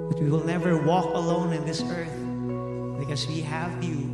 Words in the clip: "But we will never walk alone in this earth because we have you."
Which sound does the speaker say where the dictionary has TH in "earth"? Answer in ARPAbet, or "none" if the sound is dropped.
TH